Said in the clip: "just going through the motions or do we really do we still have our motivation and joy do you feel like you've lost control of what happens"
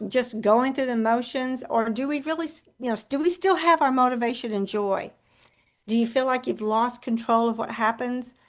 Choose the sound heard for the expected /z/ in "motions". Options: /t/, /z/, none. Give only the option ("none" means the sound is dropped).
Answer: /z/